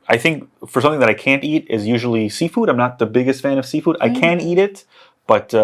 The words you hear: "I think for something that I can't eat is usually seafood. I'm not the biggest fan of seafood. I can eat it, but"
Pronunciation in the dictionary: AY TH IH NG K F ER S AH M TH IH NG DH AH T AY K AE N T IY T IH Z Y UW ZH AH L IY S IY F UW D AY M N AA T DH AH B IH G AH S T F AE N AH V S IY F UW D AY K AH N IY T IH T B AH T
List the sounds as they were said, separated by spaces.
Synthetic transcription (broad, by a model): AY TH IH NG K F ER S AH M TH IH NG DH AH T AY K AE N T IY T IH Z Y UW ZH L IY S IY F UW D AY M N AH T DH AH B IH G AH S T F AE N AH V S IY F UW D AY K AH N IY T IH T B AH T